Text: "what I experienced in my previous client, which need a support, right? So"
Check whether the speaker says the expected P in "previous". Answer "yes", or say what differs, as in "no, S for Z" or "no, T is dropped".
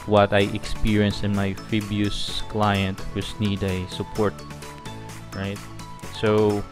no, F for P